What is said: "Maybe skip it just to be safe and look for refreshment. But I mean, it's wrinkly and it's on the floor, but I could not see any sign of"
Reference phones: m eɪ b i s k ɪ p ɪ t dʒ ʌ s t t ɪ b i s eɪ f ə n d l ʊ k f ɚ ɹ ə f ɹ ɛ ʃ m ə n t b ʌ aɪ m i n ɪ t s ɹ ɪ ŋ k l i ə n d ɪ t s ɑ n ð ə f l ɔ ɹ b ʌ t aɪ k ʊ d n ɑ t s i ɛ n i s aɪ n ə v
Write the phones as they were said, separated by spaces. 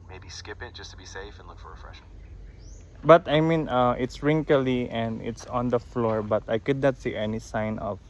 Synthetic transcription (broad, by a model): m eɪ b i s k ɪ p ɪ t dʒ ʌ s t t ɪ b i s eɪ f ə n l ʊ k f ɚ ɹ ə f ɹ ɛ ʃ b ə t aɪ m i n ɪ t s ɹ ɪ ŋ k l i ə n d ɪ t s ɑ n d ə f l ɔ ɹ b ʌ t aɪ k ʊ d n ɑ t s i ɛ n i s aɪ n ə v